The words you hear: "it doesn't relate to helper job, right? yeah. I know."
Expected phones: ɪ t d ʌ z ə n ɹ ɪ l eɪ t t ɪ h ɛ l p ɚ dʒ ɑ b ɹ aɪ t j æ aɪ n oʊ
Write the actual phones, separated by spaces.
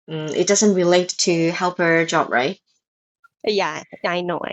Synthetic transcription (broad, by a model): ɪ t d ʌ z ə n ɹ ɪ l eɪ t t ɪ h ɛ l p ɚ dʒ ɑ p ɹ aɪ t j æ aɪ n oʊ